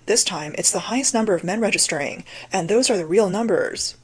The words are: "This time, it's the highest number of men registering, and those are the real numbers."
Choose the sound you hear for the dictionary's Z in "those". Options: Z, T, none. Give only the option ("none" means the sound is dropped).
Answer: Z